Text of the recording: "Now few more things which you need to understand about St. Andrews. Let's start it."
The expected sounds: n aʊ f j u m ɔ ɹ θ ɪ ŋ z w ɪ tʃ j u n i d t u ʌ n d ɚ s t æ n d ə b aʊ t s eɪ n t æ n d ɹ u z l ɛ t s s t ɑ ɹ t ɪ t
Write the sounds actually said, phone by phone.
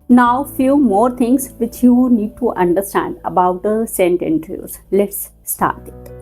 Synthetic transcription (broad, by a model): n aʊ f j u m ɔ ɹ t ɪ ŋ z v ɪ tʃ j u n i d t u ʌ n d ɚ s t æ n d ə b aʊ t s eɪ n t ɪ n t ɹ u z l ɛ t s s t ɑ ɹ t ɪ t